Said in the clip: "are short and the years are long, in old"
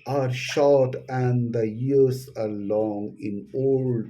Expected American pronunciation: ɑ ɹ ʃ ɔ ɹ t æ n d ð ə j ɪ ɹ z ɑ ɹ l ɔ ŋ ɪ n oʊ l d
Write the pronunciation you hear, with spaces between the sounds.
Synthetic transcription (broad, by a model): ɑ ɹ ʃ ɔ ɹ t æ n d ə j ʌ ɹ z ɑ ɹ l ɔ ŋ ɪ n oʊ l d